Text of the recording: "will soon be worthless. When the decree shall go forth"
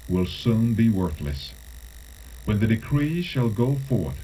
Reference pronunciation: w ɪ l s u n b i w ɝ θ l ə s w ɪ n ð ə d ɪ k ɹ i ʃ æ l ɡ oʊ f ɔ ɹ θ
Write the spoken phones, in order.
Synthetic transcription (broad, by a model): w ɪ l s u n b i w ɝ θ l ə s w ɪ n ð ə d ɪ k ɹ i ʃ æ l ɡ oʊ f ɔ ɹ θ